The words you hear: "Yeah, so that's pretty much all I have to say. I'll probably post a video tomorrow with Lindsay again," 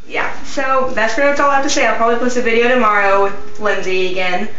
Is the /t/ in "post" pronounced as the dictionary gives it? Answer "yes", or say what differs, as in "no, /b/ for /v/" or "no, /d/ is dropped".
no, /t/ is dropped